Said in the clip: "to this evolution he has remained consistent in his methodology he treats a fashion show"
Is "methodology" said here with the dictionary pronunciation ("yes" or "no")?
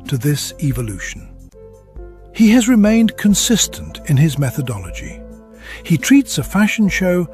yes